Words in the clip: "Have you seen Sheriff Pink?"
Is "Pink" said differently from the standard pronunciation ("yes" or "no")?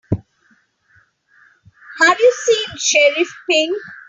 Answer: yes